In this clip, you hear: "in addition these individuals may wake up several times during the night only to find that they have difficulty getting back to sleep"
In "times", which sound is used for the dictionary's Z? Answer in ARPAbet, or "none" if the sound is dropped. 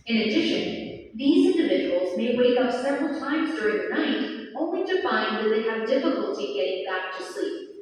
Z